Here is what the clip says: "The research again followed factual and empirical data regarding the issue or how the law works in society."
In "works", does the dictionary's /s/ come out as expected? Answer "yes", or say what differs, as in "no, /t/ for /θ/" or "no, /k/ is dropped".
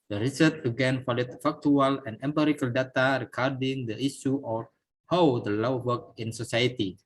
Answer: no, /s/ is dropped